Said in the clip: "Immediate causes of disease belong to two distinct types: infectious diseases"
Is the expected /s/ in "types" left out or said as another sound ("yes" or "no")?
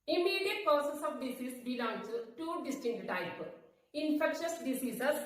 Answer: yes